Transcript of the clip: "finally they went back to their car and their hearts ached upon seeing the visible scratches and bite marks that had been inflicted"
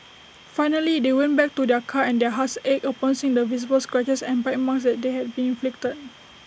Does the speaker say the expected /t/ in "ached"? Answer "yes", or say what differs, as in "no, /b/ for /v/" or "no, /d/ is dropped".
no, /t/ is dropped